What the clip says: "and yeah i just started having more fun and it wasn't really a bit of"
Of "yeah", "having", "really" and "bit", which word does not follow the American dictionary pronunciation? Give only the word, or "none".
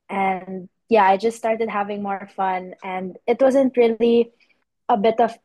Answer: none